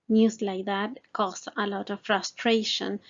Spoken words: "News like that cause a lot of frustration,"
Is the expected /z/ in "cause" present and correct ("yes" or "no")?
no